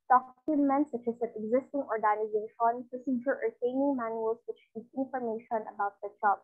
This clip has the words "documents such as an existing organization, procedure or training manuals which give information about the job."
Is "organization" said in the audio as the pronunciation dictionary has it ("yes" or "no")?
yes